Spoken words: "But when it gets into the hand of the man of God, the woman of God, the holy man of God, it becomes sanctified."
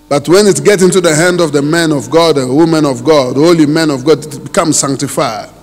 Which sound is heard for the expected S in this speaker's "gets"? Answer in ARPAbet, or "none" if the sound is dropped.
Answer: none